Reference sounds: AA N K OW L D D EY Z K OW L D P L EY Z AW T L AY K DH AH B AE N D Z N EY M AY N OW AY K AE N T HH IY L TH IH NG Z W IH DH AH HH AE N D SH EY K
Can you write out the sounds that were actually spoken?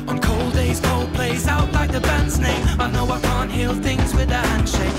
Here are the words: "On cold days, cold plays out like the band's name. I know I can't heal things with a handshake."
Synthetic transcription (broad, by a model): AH N K OW L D D EY Z K OW L D P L EY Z AW T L AY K DH AH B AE N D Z N EY M AY N OW AY K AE N T HH IY L TH IH NG Z W IH DH AH HH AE N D SH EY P